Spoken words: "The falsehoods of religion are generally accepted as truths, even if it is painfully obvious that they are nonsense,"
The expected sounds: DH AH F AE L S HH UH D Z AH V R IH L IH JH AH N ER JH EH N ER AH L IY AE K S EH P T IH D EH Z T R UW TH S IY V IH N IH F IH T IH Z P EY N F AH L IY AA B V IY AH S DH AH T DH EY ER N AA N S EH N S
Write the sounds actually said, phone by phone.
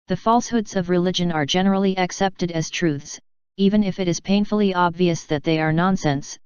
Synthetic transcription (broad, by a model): DH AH F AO L S HH UH D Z AH V R IH L IH JH AH N ER JH EH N ER L IY AE K S EH P T IH D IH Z T R UW TH S IY V IH N IH F IH T IH Z P EY N F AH L IY AA B V IY AH S DH AH T DH EY ER N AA N S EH N S